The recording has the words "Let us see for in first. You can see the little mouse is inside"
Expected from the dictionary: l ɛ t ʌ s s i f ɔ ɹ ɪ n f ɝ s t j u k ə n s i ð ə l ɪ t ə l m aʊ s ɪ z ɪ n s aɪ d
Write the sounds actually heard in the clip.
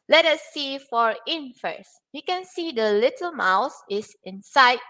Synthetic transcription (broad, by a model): l ɛ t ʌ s s i f ɔ ɹ ɪ n f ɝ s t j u k ə n s i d ə l ɪ t ə l m aʊ s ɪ s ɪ n s aɪ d